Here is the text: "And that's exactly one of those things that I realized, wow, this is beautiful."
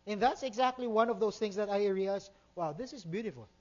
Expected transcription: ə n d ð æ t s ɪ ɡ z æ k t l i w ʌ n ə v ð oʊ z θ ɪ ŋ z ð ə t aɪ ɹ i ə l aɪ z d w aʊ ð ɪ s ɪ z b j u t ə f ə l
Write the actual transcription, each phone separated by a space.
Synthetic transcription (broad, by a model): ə n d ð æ t s ɪ ɡ z æ k t l i w ʌ n ə v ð oʊ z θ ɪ ŋ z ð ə t aɪ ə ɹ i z w aʊ ð ɪ s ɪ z b j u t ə f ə l